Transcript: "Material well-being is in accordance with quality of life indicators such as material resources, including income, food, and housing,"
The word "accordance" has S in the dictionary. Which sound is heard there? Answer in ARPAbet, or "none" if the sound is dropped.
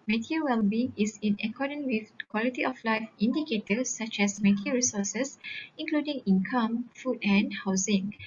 none